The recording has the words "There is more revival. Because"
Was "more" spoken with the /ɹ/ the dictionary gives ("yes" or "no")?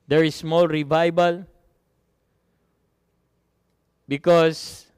no